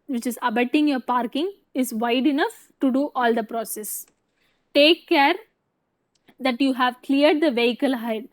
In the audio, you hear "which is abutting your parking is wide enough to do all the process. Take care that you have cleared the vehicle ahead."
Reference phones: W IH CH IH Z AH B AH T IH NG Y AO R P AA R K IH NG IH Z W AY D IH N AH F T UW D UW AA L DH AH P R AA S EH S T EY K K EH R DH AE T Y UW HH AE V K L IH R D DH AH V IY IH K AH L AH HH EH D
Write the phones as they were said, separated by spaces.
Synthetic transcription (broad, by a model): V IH CH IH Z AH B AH T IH NG Y AO R P AA R K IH NG IH Z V AY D IH N AH F T UW D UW AA L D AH P R AA S EH S T EY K K EH R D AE T Y UW HH AE V K L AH R D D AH V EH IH K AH L HH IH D